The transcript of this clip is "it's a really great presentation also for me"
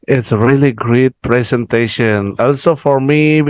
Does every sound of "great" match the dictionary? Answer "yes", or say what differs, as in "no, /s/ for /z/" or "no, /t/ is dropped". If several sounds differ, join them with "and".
yes